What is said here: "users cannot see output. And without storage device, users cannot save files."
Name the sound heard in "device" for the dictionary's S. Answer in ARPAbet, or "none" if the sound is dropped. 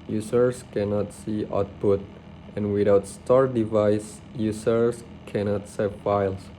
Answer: S